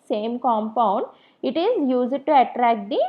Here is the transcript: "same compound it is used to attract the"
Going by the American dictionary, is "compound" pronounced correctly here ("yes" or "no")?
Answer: yes